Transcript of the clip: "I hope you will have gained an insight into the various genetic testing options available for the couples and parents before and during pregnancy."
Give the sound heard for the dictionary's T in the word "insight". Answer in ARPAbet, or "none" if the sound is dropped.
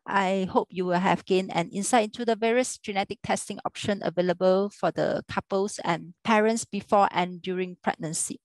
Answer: none